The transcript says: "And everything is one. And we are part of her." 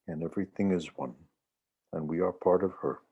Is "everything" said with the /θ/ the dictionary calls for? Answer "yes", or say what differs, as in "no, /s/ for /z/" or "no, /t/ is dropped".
yes